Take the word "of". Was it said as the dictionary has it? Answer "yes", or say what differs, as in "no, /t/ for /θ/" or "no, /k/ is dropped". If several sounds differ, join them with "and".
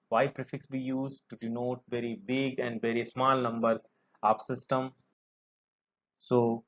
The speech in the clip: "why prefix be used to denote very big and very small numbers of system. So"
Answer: no, /p/ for /v/